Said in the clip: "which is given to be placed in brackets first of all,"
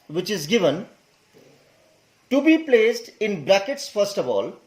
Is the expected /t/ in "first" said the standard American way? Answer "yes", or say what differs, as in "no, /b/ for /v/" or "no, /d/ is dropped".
yes